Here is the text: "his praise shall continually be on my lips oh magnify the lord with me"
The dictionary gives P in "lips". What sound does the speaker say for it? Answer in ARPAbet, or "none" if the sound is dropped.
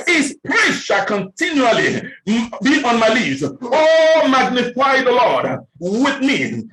none